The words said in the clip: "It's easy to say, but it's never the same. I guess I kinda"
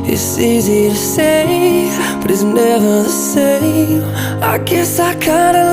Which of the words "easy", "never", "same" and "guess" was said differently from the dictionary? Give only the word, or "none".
same